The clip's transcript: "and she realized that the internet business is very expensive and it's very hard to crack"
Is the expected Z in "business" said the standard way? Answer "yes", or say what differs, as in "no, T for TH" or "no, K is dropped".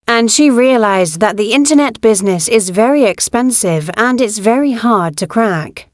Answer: yes